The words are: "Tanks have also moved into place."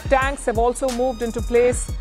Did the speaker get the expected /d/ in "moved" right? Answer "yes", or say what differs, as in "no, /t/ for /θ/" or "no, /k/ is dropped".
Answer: yes